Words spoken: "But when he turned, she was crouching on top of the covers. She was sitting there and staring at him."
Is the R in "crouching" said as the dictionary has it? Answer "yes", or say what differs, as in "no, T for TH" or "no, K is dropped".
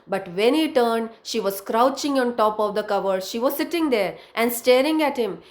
yes